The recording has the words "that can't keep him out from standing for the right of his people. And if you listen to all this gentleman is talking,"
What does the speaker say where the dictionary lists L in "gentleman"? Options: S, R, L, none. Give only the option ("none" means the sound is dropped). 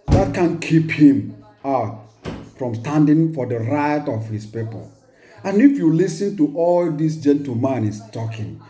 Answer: none